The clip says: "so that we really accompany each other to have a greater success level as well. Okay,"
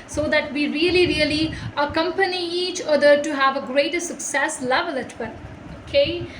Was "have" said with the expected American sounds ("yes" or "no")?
yes